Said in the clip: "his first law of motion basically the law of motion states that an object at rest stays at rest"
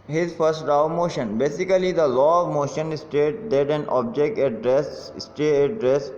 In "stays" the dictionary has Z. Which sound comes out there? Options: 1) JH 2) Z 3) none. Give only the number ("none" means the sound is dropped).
3